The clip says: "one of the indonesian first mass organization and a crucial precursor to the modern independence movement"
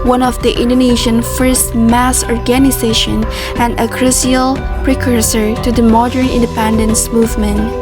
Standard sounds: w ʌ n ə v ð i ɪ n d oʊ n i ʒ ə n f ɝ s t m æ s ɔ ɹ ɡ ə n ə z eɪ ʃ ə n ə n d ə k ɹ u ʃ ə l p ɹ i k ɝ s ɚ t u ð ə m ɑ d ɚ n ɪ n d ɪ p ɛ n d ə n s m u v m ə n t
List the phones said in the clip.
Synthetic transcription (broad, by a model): w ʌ n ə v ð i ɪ n d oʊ n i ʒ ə n f ɝ s t m æ s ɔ ɹ ɡ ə n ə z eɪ ʃ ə n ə n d ə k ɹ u s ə l p ɹ i k ɝ s ɚ t u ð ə m ɑ d ɚ n ɪ n d ɪ p ɛ n d ə n s m u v m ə n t